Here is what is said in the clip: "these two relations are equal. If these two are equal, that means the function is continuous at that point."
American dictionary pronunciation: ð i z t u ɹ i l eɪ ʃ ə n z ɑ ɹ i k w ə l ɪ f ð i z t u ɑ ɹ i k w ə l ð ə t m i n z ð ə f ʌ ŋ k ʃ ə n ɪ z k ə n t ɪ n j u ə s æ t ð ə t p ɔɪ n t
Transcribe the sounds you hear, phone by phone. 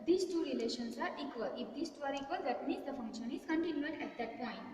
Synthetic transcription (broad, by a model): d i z t u ɹ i l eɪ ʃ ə n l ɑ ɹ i k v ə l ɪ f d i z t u ɑ ɹ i k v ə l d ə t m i z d ə f ʌ ŋ k ʃ ə n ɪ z k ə n t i n j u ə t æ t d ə t p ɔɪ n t